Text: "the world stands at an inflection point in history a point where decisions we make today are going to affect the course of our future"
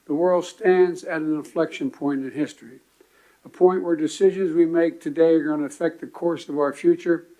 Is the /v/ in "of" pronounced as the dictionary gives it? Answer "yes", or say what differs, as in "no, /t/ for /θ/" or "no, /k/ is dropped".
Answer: yes